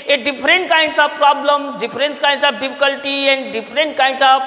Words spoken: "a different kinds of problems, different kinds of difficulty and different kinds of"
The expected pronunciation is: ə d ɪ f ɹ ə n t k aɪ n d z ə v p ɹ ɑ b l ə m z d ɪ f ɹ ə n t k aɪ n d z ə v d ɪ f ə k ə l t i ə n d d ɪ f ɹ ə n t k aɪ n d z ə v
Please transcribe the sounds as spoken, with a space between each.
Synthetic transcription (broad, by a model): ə d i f ɹ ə n t k aɪ n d s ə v p ɹ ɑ b l ə m d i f ɹ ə n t k aɪ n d s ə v d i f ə k ə l t i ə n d d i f ɹ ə n t k aɪ n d s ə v